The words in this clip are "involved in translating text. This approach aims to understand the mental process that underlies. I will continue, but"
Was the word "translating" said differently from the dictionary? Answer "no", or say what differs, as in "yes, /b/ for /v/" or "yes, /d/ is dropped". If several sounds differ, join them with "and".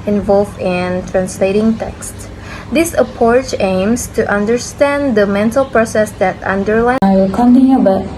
no